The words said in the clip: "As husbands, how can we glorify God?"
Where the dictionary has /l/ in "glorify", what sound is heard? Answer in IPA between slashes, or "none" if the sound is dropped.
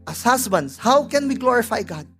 /l/